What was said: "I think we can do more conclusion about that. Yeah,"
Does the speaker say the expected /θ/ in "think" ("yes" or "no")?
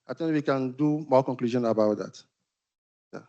no